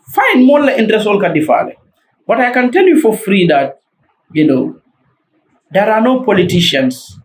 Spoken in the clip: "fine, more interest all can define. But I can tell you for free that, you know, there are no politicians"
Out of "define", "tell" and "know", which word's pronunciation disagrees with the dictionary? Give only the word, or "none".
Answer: define